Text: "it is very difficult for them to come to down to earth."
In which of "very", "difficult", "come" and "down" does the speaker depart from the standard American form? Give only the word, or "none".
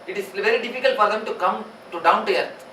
none